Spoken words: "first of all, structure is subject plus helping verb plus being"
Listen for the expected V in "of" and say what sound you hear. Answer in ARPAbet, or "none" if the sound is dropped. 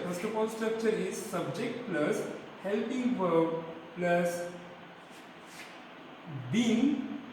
P